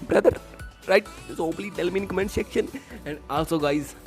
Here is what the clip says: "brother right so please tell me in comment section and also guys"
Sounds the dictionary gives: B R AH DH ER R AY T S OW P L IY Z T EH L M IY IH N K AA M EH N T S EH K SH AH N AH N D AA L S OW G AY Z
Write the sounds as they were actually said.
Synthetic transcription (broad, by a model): B R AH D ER R AY T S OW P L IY T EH L M IY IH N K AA M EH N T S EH K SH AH N AH N D AA L S OW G AY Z